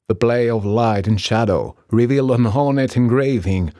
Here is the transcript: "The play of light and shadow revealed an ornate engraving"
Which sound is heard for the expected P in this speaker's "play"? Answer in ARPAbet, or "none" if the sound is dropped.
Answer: B